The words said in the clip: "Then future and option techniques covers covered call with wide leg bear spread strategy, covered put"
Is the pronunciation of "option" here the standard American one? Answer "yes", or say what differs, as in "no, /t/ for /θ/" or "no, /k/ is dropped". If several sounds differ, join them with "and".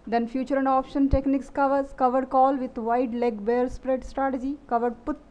yes